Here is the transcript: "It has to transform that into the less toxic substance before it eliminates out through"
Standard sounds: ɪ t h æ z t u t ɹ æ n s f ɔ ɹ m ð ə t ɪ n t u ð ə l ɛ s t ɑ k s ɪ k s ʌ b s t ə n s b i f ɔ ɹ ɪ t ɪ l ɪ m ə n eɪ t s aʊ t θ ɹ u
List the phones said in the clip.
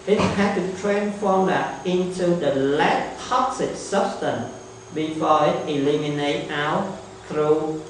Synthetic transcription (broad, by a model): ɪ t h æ t u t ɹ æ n f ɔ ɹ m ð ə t ɪ n t u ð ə l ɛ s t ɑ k s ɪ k s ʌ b s t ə n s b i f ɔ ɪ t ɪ l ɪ m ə n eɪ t aʊ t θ ɹ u